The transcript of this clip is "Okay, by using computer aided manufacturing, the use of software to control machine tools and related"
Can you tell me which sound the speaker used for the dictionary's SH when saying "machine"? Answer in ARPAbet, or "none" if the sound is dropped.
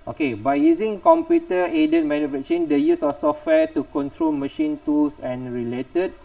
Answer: SH